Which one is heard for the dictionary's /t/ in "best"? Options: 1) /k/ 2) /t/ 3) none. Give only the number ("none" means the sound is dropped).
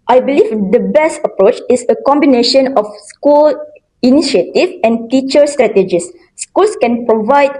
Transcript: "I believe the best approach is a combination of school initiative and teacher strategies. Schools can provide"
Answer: 2